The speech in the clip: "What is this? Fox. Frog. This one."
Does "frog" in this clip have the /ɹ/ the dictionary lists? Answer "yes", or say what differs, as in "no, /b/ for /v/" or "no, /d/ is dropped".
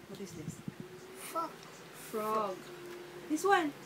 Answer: yes